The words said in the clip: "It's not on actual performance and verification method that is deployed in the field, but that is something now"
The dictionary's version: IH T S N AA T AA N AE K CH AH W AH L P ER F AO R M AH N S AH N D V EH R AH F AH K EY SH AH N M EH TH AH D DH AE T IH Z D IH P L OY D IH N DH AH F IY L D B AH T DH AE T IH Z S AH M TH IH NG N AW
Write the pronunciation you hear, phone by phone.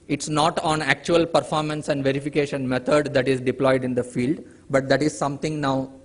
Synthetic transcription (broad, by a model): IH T S N AA T AA N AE K CH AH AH L P ER F AO R M AH N S AH N D V EH R AH F AH K EY SH AH N M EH T AH D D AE T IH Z D IH P L OY D IH N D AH F IY L D B AH T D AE T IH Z S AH M T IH NG N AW